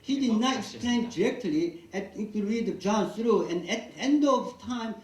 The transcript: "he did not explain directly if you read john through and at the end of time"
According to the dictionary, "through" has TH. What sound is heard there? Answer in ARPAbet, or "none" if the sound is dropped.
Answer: S